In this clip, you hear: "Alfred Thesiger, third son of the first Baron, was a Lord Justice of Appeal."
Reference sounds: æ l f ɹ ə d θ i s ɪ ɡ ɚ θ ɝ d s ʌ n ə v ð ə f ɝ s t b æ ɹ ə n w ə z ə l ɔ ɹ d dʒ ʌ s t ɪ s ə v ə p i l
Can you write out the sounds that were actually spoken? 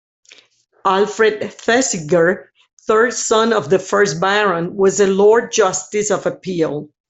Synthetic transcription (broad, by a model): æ l f ɹ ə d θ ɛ s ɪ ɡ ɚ θ ɝ d s ʌ n ə v ð ə f ɝ s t b æ ɹ ə n w ə z ə l ɔ ɹ d dʒ ʌ s t ɪ s ə v ə p i l